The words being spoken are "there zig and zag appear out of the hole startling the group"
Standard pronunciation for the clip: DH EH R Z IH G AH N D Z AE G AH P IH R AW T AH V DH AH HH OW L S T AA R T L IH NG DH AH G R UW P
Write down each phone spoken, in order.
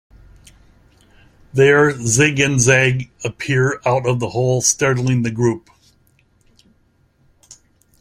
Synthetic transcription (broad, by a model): DH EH R Z IH G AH N Z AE G AH P IH R AW T AH V DH AH HH OW L S T AA R T L IH NG DH AH G R UW P